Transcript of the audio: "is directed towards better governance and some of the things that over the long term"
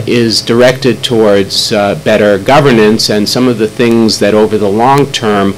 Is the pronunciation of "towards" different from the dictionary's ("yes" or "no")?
no